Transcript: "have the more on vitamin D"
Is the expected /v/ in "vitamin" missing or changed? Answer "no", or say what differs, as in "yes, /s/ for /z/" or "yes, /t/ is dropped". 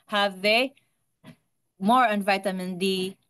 no